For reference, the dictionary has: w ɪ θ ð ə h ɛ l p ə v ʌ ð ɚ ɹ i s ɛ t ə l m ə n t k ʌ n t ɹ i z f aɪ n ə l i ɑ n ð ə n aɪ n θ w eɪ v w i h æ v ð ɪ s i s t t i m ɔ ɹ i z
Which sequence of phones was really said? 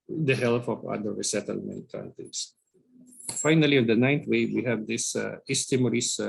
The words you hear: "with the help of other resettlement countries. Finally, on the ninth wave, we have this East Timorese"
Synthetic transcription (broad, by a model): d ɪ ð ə h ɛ l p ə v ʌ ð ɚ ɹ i s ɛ t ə l m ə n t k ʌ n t i s f aɪ n ə l i ɑ n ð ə n aɪ n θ w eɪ w i h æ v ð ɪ s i s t t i m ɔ ɹ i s